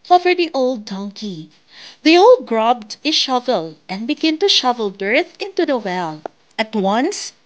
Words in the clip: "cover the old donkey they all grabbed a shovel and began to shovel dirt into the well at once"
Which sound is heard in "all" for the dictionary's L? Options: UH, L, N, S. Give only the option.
L